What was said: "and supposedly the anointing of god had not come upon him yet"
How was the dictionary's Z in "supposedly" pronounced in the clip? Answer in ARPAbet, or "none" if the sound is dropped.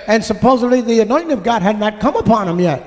Z